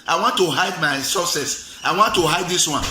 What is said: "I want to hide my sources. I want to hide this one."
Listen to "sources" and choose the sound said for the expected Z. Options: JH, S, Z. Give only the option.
S